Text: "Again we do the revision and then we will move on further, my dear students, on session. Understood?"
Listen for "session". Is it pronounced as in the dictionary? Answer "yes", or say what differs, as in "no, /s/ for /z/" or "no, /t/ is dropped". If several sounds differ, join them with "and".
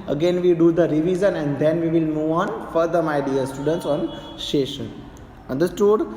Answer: no, /ʃ/ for /s/